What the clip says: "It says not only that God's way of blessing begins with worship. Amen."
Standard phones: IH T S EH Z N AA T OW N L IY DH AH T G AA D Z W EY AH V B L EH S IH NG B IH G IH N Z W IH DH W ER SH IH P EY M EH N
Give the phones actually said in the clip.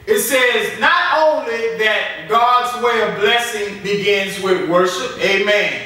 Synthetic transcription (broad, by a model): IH T S EH Z N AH T OW N L IY DH AH T G AA D Z W EY AH V B L EH S IH NG B IH G IH N Z W IH DH W ER SH IH P EY M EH N